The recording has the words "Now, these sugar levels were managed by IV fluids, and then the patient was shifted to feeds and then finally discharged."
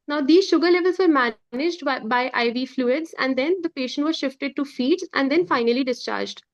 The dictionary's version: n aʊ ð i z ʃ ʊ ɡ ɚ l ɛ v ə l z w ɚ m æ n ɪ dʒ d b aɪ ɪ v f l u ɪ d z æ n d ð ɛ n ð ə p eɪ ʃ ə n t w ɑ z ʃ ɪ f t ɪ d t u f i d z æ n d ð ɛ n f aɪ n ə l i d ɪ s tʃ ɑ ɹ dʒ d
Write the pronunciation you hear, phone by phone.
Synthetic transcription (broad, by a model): n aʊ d i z ʃ ʊ ɡ ɚ l ɛ v ə l z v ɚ m æ n ɪ dʒ d b aɪ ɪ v f l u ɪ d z æ n d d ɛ n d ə p eɪ ʃ ə n t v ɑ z ʃ ɪ f t ɪ d t u f i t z æ n d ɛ n f aɪ n ə l i d ɪ s tʃ ɑ ɹ dʒ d